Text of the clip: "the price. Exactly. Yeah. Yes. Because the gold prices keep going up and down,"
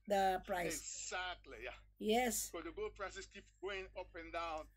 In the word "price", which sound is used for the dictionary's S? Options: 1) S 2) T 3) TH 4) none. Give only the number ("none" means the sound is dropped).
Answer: 4